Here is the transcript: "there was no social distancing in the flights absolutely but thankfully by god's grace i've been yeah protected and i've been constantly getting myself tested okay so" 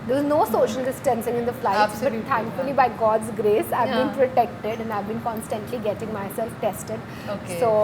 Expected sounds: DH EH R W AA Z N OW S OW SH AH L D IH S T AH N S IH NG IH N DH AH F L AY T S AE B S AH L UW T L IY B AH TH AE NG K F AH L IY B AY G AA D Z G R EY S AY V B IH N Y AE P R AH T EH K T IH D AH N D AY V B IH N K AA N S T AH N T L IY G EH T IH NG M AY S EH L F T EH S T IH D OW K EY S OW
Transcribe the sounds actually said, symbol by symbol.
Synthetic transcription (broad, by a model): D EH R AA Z N OW S OW SH AH L D IH S T AH N S IH NG IH N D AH F L AY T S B AH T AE NG K F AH L IY B AY G AA D Z G R EY S AY V B IH N P R AH T EH K T IH D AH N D AY V B IH N K AA N S T AH N T L IY G EH T IH NG M AY S EH L F T EH S T IH D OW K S OW